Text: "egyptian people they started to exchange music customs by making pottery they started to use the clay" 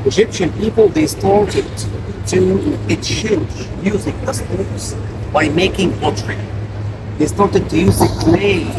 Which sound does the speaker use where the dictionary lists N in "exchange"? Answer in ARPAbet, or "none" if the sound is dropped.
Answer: none